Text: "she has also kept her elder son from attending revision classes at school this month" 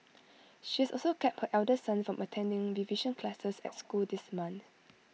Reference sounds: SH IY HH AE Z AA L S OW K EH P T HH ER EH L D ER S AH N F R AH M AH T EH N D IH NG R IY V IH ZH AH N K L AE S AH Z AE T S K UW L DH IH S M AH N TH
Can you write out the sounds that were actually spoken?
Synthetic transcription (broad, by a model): SH IY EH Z AA L S OW K EH P T HH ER EH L D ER S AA N F R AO M AH T EH N D IH NG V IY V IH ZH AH N K L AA S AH S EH T S K UW L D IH S M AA N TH